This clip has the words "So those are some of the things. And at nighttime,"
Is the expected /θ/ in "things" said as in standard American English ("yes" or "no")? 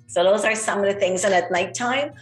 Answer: yes